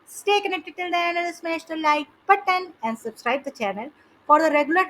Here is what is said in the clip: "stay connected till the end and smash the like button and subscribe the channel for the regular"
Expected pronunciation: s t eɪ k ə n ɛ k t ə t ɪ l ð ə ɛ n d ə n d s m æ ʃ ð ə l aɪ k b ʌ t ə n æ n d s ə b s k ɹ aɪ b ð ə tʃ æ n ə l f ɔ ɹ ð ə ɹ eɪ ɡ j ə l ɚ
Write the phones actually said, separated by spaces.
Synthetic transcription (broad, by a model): s t eɪ k ə n ɛ k t ə t ɪ l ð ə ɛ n ə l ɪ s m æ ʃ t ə l aɪ k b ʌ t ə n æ n d s ə b s k ɹ aɪ b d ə tʃ æ n ə l f ɔ ɹ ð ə ɹ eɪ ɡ j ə l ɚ